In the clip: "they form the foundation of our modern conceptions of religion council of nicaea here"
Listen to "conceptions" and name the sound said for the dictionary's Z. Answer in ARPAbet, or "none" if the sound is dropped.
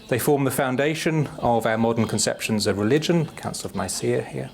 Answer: Z